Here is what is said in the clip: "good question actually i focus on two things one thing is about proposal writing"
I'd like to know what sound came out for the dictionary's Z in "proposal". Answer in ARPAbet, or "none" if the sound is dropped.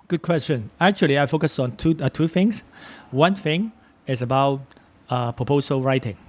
S